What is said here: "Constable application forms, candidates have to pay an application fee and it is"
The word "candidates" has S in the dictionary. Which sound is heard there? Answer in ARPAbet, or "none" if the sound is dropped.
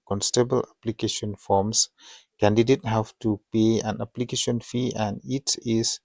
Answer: none